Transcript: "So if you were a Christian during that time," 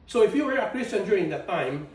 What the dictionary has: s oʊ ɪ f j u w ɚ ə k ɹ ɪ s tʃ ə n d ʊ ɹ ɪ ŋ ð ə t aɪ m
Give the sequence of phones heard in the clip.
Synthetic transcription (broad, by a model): s oʊ ɪ f j u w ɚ ə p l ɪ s ə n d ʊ ɹ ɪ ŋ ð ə t aɪ m